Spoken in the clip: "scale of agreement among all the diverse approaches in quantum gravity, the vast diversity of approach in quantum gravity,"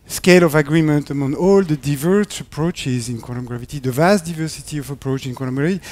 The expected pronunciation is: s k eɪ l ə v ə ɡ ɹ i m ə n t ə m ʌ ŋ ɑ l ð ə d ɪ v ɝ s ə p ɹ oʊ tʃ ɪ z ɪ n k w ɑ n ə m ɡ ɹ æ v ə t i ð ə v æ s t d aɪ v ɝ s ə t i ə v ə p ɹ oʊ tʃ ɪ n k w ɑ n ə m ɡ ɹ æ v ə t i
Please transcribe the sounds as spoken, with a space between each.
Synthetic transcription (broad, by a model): s k eɪ l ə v ə ɡ ɹ i m ə n t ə m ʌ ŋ ɑ l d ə d ɪ v ɝ s ə p ɹ oʊ tʃ ɪ z ɪ n k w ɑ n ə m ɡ ɹ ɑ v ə t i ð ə v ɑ s t d aɪ v ɝ s ə t i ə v ə p ɹ oʊ tʃ ɪ n k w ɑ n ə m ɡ ɹ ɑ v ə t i